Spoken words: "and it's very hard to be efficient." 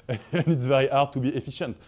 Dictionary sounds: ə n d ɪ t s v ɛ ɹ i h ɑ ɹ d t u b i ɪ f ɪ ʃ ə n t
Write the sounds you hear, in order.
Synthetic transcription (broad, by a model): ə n ɪ t s v ɛ ɹ i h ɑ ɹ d t u b i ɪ f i ʃ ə n t